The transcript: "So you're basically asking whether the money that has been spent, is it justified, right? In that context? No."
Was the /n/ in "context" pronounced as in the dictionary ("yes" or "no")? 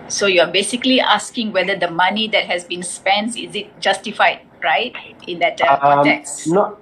no